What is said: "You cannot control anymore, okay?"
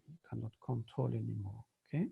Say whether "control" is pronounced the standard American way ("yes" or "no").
no